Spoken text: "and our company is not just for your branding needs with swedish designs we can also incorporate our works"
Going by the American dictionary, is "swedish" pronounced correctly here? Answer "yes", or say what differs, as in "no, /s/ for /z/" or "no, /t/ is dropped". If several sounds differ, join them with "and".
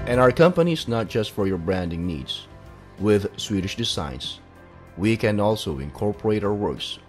yes